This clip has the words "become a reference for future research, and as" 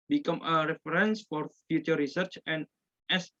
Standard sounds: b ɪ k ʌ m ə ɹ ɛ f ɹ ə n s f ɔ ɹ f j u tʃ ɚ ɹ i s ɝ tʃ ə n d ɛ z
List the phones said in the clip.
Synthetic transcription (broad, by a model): b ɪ k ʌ m ə ɹ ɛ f ɹ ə n s f ɔ ɹ f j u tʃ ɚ ɹ i s ɝ tʃ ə n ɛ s